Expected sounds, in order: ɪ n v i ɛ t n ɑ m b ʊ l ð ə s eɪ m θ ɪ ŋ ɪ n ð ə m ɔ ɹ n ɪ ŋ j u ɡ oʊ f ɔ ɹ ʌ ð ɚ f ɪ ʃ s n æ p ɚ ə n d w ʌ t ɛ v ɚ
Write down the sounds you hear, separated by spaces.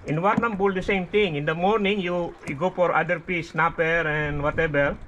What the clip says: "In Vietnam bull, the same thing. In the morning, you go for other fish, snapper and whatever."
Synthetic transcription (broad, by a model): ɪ n w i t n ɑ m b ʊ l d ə s eɪ m t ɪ ŋ ɪ n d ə m ɔ ɹ n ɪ ŋ j u ɡ oʊ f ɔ ɹ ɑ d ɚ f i s n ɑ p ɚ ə n w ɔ t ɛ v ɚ